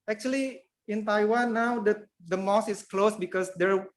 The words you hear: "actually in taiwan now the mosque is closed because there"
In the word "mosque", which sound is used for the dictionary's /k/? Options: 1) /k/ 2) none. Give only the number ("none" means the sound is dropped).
2